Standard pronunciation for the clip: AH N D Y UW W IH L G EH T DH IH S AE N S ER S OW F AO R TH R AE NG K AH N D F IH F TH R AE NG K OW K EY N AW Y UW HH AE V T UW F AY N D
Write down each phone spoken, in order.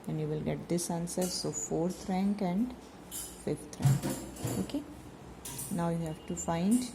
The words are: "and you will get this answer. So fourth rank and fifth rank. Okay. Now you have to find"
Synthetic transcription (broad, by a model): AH N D Y UW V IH L G EH T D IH S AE N S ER S OW F AO R T R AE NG K AH N D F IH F T R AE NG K OW K EY N AW Y UW HH AE V T UW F AY N D